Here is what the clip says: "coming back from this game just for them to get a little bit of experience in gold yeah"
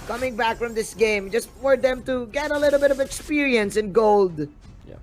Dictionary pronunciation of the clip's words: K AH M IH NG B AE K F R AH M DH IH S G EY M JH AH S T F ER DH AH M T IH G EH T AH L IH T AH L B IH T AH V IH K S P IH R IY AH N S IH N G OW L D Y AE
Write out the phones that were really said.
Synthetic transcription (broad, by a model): K AH M IH NG B AE K F R AH M DH IH S G EY M JH AH S T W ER DH AH M T IH G EH T AH L IH T L B IH T AH V IH K S P IH R IY AH N S IH N G OW L D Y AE